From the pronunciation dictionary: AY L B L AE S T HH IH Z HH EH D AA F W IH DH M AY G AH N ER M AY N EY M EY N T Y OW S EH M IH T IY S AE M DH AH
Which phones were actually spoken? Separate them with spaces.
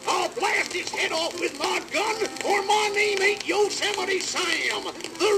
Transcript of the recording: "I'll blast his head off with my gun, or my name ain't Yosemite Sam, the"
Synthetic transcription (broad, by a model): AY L B L AE S T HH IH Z HH EH D AA F W IH DH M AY G AH N ER M AY N EY M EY T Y OW S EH M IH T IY S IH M DH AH